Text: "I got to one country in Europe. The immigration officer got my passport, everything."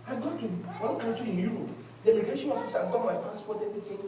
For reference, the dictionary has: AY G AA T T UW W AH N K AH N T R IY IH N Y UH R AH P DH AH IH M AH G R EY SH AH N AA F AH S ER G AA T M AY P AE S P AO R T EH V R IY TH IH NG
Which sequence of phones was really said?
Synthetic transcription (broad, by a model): AY G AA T T UW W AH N K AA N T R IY IH N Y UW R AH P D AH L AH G EY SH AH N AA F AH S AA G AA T M AY P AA S P AO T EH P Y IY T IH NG